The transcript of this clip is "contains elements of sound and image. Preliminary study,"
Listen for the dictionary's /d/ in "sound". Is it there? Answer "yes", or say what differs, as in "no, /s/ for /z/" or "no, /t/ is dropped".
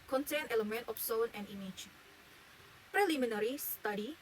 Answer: no, /d/ is dropped